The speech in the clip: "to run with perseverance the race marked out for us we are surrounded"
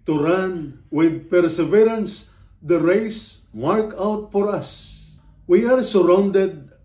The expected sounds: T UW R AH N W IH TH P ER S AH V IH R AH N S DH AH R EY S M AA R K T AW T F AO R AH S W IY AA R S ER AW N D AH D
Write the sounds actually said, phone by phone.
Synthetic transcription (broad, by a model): T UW R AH N W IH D P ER S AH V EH R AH N S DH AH R EY S M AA R K AW T F AO R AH S W IY AA R S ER AW N D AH D